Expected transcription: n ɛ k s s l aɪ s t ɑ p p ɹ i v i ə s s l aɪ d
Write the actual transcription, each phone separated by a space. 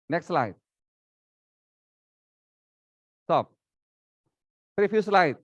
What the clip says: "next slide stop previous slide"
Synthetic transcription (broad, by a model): n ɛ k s s l aɪ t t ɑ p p ɹ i p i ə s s l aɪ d